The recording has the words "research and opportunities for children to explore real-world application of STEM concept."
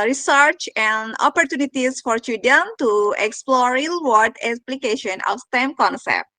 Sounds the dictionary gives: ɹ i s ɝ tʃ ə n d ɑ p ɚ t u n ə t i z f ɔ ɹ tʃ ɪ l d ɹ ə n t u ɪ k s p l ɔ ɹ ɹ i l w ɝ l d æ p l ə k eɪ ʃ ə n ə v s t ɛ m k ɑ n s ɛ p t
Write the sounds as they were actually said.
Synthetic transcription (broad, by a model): ɹ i s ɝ tʃ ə n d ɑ p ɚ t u n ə t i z f ɔ ɹ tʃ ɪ d ə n t u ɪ k s p l ɔ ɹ ɹ i l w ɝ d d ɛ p l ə k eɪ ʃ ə n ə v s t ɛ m k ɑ n s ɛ p t